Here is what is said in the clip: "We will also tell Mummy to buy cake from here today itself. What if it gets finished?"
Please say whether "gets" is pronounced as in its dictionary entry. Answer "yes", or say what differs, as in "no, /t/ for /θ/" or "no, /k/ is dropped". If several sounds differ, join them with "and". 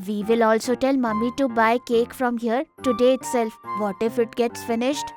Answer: yes